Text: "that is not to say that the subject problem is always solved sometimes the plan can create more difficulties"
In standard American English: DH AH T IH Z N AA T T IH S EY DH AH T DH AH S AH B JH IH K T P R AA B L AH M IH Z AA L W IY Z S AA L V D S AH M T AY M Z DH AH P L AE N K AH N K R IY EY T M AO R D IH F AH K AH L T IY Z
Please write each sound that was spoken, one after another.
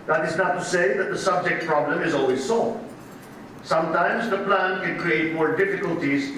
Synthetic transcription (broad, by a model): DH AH T IH Z N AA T T IH S EY DH AH T DH AH S AH B JH IH K T P R AA B L AH M IH Z AA L W IY Z S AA L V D S AH M T AY M Z DH AH P L AE N K AH N K R IY EY T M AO R D IH F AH K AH L T IY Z